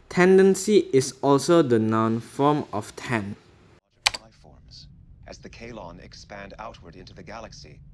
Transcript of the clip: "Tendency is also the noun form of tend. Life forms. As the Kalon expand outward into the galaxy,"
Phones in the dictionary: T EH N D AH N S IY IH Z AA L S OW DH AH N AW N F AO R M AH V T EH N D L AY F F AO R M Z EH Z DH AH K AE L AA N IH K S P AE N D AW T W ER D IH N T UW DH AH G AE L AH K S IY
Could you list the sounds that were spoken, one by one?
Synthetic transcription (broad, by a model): T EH N D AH N S IY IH S AA L S OW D AH N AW N F AO M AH F T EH N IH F F AO R M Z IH Z DH AH K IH L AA N IH K S P AE N D AW T W ER D IH N T UW DH AH G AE L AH K S IY